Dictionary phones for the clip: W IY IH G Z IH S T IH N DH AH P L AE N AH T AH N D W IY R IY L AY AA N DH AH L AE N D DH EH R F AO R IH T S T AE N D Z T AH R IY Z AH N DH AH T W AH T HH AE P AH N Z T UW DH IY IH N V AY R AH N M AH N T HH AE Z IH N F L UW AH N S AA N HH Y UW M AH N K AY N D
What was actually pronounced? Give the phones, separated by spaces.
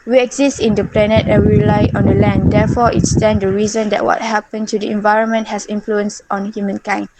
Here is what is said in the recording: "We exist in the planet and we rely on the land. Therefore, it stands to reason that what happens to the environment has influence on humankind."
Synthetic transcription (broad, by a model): W IY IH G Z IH S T IH N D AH P L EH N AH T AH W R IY L AY AA N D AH L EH N D EH F AO IH T S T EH N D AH R IY Z AH N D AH T W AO T HH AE P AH N T UW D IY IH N V AY R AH N M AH N T HH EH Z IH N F L UW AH N S AA N HH Y UW M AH N K AY N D